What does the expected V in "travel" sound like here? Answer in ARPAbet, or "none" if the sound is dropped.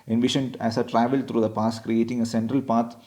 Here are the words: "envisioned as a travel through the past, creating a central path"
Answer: V